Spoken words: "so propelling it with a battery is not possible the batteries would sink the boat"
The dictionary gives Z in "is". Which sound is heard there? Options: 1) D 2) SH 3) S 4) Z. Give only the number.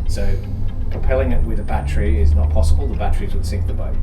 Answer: 4